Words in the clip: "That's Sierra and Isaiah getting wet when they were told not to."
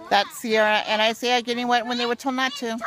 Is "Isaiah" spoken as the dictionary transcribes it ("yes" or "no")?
no